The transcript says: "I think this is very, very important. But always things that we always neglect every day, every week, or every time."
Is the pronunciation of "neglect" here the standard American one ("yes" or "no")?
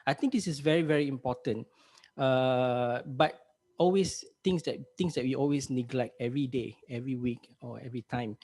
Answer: yes